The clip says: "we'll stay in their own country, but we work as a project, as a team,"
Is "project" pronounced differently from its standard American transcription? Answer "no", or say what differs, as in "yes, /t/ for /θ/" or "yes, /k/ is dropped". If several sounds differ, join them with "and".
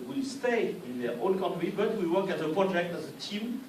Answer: no